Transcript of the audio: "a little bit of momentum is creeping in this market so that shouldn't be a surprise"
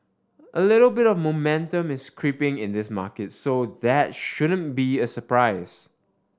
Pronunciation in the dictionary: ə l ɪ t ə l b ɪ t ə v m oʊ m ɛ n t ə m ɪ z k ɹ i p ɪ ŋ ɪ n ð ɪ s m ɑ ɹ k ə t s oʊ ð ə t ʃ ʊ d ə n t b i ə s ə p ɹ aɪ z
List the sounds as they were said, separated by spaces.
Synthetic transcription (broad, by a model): ə l ɪ t ə l b ɪ t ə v m oʊ m ɛ n t ə m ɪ s k ɹ i p ɪ ŋ ɪ n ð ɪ s m ɑ k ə t s oʊ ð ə t ʃ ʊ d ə n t b i ə s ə p ɹ aɪ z